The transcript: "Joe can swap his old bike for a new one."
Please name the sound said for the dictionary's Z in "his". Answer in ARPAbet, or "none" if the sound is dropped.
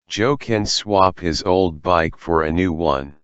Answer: Z